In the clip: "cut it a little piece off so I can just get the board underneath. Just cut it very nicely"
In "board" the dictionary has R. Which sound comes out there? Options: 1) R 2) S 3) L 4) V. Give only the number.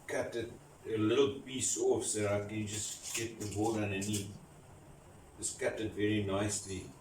3